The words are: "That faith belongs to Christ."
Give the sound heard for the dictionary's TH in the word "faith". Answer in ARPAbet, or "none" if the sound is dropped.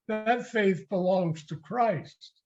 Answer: TH